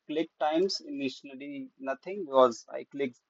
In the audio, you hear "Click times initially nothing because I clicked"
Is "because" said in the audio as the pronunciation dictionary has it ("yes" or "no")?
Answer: no